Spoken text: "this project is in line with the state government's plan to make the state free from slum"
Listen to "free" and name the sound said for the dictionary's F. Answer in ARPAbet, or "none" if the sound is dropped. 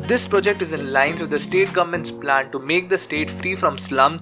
F